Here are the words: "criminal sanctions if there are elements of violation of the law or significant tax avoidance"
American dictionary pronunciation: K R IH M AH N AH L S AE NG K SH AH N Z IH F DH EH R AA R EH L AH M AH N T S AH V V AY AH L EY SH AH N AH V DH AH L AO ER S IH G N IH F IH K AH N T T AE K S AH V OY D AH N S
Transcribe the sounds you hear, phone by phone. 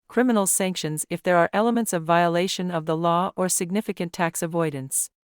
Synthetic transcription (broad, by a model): K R IH M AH N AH L S AE NG K SH AH N Z IH F DH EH R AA R EH L AH M AH N T S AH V V AY AH L EY SH AH N AH V DH AH L AO ER S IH G N IH F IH K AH N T T AE K S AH V OY D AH N S